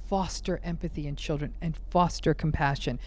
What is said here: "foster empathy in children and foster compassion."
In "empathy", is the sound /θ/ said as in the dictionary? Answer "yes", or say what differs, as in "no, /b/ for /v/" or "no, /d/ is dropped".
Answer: yes